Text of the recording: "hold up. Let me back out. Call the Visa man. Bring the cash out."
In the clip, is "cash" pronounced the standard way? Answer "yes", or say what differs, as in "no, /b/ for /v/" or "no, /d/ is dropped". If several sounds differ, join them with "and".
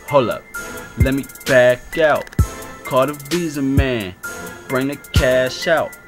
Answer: yes